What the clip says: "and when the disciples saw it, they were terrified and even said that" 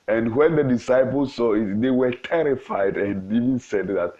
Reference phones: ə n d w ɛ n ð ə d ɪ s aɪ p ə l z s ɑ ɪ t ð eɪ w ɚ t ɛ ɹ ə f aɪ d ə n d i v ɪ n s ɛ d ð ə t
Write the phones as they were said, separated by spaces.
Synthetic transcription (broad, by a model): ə n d w ɛ n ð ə d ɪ s aɪ p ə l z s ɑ ɪ t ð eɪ w ɚ t ɛ ɹ ə f aɪ d ə n d i v ɪ n s ɛ d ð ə t